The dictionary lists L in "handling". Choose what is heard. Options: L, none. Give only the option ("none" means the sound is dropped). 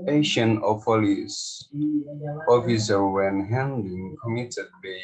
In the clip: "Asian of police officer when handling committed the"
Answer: none